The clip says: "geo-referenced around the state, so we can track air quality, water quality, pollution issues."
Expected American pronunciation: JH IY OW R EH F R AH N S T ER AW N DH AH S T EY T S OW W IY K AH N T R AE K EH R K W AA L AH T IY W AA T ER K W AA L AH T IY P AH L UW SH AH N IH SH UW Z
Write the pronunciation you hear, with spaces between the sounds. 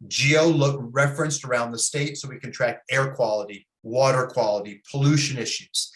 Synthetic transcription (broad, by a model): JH IY OW R EH F R AH N S T ER AW N DH AH S T EY T S OW W IY K AH N T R AE K EH R K W AA L AH T IY W AA T ER K W AA L AH T IY P AH L UW SH AH N IH SH UW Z